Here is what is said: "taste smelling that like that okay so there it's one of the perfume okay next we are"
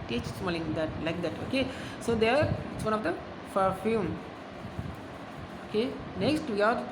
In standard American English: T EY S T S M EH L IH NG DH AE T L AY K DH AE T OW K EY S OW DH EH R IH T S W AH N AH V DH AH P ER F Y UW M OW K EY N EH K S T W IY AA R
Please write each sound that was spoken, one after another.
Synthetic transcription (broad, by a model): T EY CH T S M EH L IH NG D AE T L AY K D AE T OW K EY S OW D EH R IH T S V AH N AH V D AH F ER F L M OW K EY N EH K S T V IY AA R